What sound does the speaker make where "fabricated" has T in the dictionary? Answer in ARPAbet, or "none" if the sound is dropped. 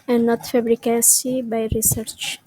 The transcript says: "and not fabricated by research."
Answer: S